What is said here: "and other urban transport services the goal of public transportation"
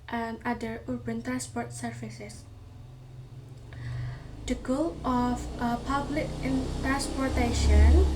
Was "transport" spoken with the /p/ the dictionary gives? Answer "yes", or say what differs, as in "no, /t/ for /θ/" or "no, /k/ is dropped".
yes